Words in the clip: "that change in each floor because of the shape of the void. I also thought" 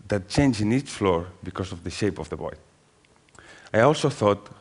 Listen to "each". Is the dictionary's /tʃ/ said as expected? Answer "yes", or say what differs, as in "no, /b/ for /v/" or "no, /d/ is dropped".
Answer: yes